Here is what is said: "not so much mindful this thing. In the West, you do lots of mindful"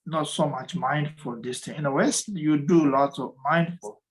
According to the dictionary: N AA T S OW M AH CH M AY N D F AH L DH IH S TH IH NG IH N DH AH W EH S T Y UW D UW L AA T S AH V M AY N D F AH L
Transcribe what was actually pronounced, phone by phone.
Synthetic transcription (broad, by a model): N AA T S OW M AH CH M AY N D F AH L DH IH S T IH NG IH N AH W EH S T Y UW D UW L AA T AH V M AY N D F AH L